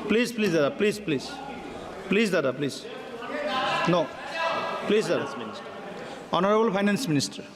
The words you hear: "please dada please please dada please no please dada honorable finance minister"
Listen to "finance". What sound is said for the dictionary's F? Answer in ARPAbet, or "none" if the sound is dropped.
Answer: P